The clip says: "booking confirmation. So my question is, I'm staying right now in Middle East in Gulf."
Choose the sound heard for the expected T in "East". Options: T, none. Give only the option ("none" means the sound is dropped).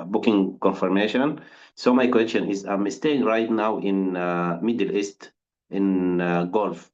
T